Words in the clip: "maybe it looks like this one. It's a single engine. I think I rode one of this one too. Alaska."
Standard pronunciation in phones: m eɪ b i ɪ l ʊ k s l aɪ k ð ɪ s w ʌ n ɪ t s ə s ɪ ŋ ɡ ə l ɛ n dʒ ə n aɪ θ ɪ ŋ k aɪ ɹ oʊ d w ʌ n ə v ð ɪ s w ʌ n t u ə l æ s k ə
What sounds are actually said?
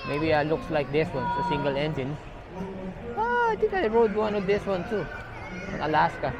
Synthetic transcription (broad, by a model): m eɪ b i ɪ l ʊ k s l aɪ k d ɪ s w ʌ n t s ə s ɪ ŋ ɡ ə l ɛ n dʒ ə n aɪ t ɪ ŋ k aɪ ɹ oʊ d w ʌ n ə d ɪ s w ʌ n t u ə l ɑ s k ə